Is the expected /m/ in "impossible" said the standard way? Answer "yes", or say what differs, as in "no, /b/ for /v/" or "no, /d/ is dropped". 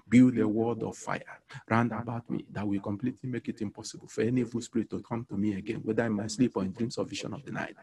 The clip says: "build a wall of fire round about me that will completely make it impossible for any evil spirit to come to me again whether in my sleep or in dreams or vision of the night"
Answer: yes